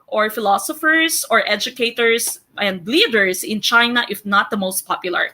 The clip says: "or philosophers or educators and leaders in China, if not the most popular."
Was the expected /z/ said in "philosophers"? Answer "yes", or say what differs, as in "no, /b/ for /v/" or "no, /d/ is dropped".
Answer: no, /s/ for /z/